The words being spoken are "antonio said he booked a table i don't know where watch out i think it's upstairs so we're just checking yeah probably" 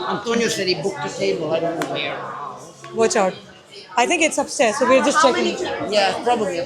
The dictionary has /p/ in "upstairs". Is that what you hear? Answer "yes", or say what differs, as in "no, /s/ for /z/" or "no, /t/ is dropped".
no, /b/ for /p/